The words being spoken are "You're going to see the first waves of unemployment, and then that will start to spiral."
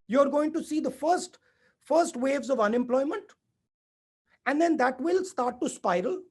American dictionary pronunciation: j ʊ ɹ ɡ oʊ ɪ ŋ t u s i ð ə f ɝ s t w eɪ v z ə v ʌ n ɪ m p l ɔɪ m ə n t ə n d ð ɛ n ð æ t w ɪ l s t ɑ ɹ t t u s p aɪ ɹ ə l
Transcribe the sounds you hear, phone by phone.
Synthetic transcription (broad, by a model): j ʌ ɹ ɡ oʊ ɪ ŋ t u s i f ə f ɝ s t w eɪ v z ə v ʌ n ɪ m p l ɔɪ m ə n t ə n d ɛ n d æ t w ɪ l s t ɑ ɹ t t u s p aɪ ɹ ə l